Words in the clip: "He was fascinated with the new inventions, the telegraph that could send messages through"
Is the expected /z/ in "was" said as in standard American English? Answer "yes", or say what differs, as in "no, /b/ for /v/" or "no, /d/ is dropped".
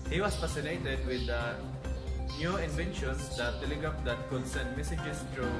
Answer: no, /s/ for /z/